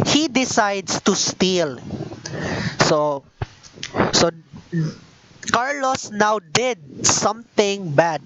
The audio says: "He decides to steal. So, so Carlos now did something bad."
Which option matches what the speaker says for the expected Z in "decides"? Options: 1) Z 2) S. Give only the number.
2